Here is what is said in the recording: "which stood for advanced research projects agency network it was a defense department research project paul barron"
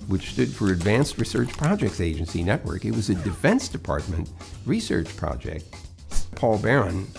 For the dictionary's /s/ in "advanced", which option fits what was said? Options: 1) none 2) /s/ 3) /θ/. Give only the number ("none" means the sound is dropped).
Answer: 2